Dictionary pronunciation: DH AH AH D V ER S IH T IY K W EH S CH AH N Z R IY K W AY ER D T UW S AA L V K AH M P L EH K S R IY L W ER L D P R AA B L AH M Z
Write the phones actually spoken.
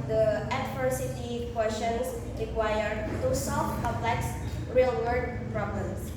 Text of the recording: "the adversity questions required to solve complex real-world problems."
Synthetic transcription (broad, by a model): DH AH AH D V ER S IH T IY K W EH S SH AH N S R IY K W AY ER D T UW S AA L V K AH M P L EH K S R IY L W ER D P R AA B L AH M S